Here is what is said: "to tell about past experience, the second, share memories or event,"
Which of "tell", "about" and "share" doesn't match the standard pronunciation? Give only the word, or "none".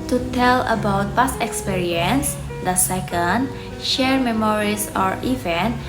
none